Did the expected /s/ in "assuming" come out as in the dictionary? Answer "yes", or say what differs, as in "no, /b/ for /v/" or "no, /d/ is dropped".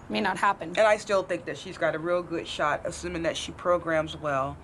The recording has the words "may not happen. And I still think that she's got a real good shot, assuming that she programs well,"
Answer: yes